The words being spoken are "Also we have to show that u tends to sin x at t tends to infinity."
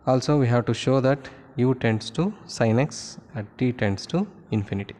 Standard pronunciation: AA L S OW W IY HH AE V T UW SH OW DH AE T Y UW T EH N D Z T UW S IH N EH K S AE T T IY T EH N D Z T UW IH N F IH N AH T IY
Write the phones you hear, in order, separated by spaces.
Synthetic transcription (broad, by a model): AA L S OW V IY HH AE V T UW SH OW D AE T Y UW T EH N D S T UW S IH N EH K S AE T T IY T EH N D S T UW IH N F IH N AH T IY